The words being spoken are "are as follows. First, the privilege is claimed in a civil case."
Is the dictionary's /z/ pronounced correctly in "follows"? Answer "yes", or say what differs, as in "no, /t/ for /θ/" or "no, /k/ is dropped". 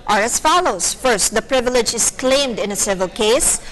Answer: no, /s/ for /z/